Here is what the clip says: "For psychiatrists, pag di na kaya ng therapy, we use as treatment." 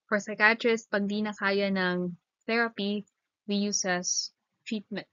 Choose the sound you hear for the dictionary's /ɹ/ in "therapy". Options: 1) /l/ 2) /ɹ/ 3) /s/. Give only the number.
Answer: 2